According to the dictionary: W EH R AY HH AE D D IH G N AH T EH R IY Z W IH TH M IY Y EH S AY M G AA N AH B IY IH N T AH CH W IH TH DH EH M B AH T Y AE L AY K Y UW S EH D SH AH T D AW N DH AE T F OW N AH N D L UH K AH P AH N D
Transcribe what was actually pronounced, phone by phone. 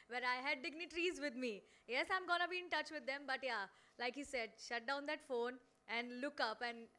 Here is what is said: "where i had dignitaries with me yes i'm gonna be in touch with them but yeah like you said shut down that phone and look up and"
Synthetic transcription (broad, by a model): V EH R AY HH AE D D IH G N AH T R IY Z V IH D M IY Y EH S AY M G AA N AH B IY IH N T AH CH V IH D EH M B AH T Y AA L AY K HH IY S EH D SH AH T D AW N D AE T F OW N AH N D L UH K AH P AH N D